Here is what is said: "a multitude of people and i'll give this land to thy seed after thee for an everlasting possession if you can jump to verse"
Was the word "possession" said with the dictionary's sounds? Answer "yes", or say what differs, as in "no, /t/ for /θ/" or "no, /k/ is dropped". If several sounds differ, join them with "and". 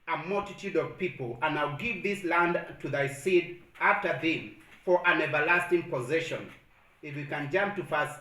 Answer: yes